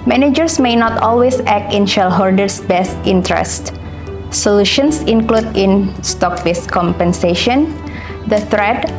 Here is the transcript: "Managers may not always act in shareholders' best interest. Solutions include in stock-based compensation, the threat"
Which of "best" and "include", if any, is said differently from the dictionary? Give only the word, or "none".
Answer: none